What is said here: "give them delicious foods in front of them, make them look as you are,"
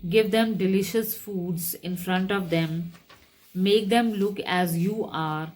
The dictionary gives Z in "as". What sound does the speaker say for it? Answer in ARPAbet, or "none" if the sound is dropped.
Z